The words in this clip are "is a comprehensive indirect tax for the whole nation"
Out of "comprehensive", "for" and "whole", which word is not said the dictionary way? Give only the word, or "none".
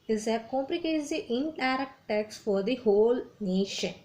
comprehensive